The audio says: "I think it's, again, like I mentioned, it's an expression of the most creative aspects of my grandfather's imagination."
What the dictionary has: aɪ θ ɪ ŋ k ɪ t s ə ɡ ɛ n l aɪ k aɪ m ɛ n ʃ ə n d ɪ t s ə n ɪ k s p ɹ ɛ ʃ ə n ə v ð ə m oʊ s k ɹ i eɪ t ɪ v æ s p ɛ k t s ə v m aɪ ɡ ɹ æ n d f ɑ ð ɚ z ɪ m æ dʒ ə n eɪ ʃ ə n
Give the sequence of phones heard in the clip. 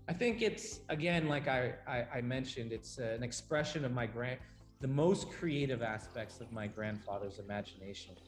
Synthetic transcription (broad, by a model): aɪ θ ɪ ŋ k ɪ t s ə ɡ ɛ n l aɪ k aɪ m ɛ n ʃ ə n d ɪ t s ə n ɪ k s p ɹ ɛ ʃ ə n ə v ð ə m oʊ s k ɹ i eɪ t ɪ v æ s p ɛ k t s ə v m aɪ ɡ ɹ æ n d f ɑ ð ɚ z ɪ m æ dʒ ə n eɪ ʃ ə n